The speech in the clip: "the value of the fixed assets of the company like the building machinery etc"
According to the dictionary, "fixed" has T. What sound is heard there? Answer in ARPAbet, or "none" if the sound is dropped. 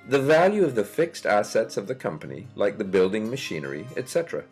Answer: T